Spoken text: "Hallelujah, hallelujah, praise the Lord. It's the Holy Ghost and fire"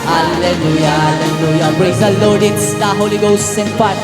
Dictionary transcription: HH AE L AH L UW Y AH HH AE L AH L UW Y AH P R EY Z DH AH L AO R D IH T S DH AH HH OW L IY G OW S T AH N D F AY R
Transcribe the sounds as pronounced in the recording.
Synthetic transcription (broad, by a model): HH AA L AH L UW Y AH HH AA L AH L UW Y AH B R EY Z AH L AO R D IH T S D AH HH OW L IY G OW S AH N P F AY